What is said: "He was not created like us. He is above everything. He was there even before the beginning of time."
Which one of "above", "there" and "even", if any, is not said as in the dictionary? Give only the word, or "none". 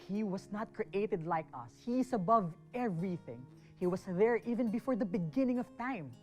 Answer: none